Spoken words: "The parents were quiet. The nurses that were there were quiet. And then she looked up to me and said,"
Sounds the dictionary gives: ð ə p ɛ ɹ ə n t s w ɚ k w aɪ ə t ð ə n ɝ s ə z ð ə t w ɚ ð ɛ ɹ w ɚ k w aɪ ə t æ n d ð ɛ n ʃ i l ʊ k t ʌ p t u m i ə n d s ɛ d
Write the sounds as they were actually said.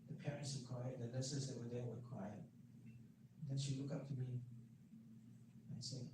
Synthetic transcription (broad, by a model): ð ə p ɛ ɹ ə n t s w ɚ k w aɪ ə t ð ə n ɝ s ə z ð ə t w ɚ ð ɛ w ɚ k w aɪ ə t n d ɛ n ʃ i l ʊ k ʌ p t u m i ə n s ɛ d